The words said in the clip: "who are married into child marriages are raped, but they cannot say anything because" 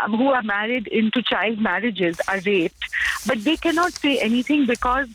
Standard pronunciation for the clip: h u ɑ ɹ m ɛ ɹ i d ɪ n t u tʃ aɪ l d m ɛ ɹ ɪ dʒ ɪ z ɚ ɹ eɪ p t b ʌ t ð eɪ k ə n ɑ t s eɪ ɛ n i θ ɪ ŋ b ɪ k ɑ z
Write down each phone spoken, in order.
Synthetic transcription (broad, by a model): h u ɑ ɹ m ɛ ɹ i d ɪ n t u tʃ aɪ l d m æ ɹ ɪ dʒ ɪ z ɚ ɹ eɪ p t b ʌ t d eɪ k ə n ɑ t s eɪ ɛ n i t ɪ ŋ b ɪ k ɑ z